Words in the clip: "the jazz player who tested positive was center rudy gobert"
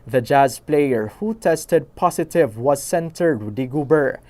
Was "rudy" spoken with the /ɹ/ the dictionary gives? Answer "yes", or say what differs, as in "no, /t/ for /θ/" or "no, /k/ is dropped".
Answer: no, /w/ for /ɹ/